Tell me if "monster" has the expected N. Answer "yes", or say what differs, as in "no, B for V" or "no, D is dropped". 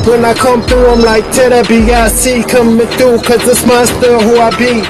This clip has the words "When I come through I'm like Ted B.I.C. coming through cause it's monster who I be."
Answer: no, N is dropped